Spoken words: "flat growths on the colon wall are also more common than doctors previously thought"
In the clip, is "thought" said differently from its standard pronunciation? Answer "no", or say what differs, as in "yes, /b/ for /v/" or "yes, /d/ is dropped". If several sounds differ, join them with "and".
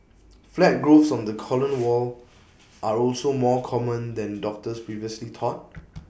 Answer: yes, /t/ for /θ/